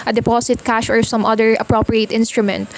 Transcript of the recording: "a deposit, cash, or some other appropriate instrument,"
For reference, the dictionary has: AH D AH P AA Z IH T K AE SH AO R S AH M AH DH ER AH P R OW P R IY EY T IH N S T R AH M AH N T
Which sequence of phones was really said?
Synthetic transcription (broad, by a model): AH D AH P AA S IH T K AE SH AO R S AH M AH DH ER AH P R OW P R IY EY T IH N S T R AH M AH N T